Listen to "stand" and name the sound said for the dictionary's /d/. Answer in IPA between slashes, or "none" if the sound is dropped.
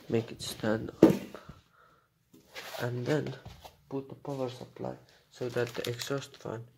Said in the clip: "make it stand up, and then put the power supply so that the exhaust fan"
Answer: /d/